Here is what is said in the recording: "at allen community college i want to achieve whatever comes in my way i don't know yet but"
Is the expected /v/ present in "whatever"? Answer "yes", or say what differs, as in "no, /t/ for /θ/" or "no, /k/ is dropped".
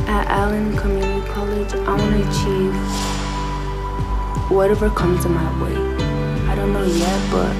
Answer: yes